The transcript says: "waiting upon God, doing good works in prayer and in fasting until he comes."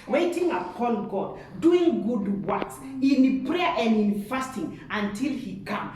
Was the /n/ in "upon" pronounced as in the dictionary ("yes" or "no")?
no